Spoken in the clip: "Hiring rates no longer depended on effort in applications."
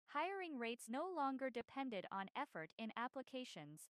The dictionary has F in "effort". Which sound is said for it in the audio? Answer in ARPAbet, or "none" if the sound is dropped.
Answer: F